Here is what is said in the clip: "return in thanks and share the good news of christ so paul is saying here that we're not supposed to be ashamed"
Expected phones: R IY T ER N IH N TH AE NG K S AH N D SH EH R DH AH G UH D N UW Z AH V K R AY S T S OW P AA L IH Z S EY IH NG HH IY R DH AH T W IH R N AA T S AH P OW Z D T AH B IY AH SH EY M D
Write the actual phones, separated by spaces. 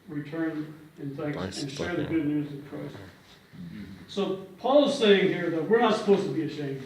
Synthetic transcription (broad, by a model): R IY T ER N IH N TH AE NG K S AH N SH EH R DH AH G UH D N UW Z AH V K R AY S S OW P AA L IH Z S EY IH NG HH IY R DH AH T W IH R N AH T S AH P OW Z T AH B IY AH SH EY M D